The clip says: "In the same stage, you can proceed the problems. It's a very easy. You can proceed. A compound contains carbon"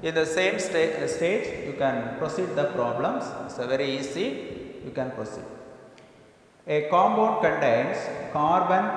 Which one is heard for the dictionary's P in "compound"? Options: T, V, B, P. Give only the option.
B